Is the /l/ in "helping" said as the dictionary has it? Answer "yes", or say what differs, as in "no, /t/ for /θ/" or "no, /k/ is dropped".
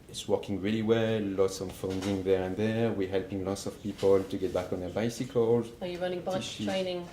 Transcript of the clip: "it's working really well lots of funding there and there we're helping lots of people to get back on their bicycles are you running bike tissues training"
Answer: yes